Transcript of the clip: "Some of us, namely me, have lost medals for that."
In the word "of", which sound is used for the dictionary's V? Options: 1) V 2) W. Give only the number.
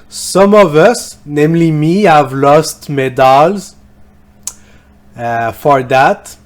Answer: 1